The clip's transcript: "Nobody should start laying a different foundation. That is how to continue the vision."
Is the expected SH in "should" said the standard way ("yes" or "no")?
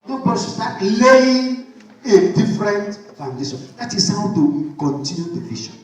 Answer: no